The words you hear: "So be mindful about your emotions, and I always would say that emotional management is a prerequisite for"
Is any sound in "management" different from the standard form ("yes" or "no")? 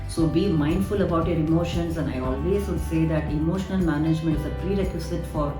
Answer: no